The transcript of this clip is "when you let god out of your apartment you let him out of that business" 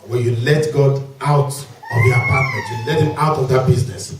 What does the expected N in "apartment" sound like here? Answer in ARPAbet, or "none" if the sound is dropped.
none